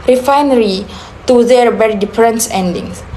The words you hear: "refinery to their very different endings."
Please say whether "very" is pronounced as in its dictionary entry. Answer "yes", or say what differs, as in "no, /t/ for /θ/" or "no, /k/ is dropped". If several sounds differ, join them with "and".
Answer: no, /b/ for /v/